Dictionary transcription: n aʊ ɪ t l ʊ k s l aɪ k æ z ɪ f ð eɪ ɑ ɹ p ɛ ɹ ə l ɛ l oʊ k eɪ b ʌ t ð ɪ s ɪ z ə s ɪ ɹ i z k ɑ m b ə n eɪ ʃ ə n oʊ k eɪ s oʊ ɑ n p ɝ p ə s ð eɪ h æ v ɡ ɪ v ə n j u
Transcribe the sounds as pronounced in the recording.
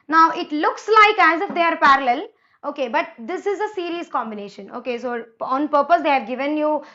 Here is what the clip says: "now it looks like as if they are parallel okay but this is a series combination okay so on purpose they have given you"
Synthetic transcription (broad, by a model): n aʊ ɪ t l ʊ k s l aɪ k æ z ɪ f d eɪ ɑ ɹ p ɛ ɹ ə l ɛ l oʊ k eɪ b ʌ t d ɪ s ɪ z ə s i ɹ i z k ɑ m b ə n eɪ ʃ ə n oʊ k eɪ s oʊ ɑ n p ɝ p ə s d eɪ h æ v ɡ ɪ v ə n j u